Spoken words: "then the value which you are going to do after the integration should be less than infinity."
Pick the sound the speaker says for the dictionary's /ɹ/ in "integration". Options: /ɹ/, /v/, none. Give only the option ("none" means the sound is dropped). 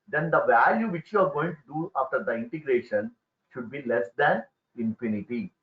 /ɹ/